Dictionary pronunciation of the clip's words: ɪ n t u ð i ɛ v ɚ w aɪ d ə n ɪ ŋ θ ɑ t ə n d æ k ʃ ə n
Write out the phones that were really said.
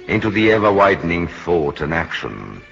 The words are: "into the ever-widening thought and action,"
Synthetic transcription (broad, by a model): ɪ n t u ð i ɛ v ɚ w aɪ d n ɪ ŋ θ ɑ t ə n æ k ʃ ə n